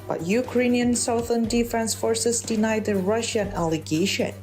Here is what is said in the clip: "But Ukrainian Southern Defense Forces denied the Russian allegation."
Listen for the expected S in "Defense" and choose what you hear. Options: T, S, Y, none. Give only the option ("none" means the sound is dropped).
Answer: S